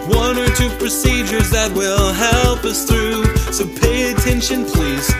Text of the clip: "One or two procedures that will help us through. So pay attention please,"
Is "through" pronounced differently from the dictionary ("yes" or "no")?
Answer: no